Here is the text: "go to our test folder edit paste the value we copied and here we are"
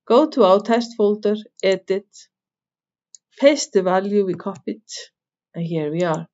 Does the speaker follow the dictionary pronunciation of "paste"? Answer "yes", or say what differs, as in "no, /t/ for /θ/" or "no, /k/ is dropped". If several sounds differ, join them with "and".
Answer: no, /f/ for /p/